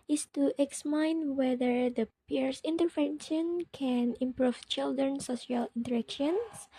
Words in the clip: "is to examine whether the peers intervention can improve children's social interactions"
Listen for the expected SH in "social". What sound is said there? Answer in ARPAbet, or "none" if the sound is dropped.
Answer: none